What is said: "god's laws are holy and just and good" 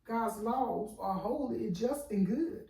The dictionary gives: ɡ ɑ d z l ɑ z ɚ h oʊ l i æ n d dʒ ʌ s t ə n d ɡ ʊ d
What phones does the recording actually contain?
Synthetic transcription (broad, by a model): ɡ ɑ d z l ɑ z ɚ h oʊ i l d dʒ ʌ s t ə n ɡ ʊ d